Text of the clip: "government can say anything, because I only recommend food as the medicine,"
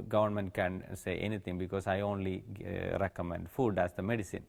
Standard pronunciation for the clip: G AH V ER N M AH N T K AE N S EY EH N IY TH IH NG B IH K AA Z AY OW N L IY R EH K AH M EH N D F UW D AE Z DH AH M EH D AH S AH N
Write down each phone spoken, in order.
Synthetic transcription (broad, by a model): G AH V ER N M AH N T K AE N S EY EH N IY T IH NG B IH K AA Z AY OW N L IY R EH K AH M EH N D F UW D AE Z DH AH M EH D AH S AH N